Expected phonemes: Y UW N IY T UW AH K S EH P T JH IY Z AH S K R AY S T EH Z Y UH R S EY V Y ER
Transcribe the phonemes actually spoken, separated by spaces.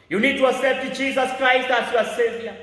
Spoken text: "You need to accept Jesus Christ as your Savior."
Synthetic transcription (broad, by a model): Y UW N IY T UW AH S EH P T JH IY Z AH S K R AY S T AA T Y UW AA S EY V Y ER